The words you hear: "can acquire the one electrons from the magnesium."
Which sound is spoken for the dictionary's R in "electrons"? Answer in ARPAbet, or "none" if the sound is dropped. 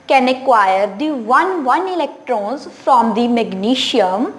R